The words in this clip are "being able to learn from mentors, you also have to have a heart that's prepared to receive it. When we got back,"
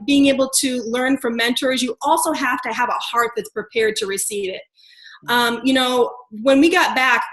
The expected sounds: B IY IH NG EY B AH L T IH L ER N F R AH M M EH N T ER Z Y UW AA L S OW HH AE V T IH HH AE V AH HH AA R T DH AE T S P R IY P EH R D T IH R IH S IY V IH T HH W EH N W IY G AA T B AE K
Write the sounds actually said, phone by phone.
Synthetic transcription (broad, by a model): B IY IH NG EY B L T IH L ER N F R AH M M EH N T ER Z Y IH AA L S OW HH AE F T IH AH V AH HH AA R T DH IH T S P R IY P EH R D T IH R IH S IY V IH T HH W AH N W IY G AA T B AE K